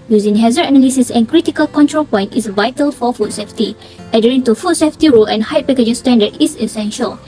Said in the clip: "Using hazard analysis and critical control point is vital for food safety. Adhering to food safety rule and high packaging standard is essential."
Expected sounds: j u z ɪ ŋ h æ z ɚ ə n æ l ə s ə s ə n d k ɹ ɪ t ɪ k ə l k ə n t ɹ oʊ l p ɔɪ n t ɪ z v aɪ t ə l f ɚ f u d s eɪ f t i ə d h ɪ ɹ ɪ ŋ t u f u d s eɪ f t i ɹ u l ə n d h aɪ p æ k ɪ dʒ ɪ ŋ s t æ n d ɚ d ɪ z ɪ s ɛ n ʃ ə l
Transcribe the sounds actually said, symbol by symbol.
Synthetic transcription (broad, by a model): j u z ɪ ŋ h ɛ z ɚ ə n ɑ l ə s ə s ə n k ɹ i t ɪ k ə l k ə n t ɹ oʊ l p ɔɪ n t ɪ s v aɪ t ə l f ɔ f u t s eɪ f t i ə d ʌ ɹ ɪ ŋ t u f u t s eɪ f t i ɹ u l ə n h aɪ p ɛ k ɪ dʒ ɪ s t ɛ n d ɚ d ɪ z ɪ s ɛ n ʃ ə l